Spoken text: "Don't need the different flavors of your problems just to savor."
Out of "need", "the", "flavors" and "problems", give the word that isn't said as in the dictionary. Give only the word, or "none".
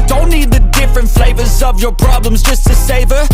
none